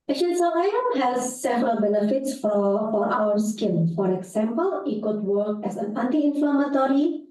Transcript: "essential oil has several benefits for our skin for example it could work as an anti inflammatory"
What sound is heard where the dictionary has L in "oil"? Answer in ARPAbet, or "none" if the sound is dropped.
N